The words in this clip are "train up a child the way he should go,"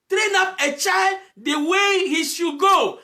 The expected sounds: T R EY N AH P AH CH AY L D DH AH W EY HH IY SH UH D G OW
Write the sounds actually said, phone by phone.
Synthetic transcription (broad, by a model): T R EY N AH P AH CH AY L D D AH W EY HH IY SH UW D G OW